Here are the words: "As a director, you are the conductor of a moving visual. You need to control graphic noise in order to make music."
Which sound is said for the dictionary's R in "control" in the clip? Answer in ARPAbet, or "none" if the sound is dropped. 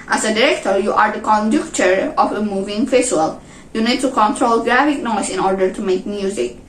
R